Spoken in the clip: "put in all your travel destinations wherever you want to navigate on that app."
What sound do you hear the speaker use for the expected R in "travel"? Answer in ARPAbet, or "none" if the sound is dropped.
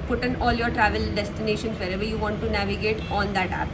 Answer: R